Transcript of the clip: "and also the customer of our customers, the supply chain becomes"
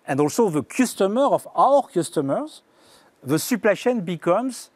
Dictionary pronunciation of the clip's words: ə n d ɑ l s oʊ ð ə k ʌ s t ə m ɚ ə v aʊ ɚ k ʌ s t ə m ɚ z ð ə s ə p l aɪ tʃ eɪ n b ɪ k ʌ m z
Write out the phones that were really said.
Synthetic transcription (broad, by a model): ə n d ɑ l s oʊ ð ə k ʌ s t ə m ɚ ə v aʊ ɚ k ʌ s t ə m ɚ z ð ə s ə p l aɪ ʃ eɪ n b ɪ k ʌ m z